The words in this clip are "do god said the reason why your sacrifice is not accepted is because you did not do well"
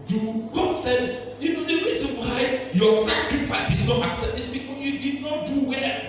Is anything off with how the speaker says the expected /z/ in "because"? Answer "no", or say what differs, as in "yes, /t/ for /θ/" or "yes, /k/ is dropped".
yes, /z/ is dropped